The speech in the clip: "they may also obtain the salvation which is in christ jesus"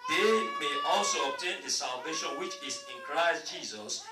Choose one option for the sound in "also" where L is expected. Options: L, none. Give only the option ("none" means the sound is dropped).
L